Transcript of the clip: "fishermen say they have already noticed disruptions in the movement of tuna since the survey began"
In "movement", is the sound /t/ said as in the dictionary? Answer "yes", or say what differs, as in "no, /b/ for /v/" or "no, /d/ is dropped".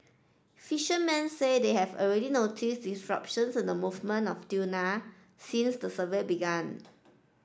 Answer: no, /t/ is dropped